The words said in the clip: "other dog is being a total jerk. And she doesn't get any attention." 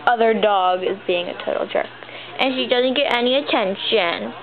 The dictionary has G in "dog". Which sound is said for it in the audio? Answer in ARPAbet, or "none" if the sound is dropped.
G